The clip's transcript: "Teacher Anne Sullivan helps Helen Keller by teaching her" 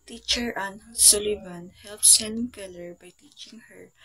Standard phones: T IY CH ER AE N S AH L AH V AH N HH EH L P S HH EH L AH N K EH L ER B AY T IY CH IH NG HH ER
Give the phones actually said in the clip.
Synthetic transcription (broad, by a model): T IY CH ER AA N S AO L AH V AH N HH EH L P S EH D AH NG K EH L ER B AY T IY CH IH NG HH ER